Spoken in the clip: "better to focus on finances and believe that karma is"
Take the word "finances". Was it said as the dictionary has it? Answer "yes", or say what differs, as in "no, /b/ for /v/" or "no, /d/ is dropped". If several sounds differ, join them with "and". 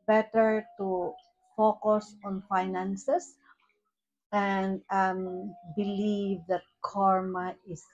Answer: no, /s/ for /z/